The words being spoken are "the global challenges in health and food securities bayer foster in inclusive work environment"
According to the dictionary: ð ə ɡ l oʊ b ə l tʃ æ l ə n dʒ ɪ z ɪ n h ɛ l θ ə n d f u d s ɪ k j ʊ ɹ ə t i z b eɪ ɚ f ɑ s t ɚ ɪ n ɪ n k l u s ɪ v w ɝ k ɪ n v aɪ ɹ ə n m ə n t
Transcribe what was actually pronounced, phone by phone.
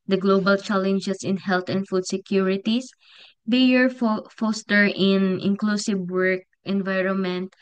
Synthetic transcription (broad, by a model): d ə ɡ l oʊ b ə l tʃ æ l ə n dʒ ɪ s ɪ n h ɛ l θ ə n d f u d s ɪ k j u ɹ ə t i s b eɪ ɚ f ɑ s t ɚ ɪ n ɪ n k l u s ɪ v w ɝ k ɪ n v aɪ ɹ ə n m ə n t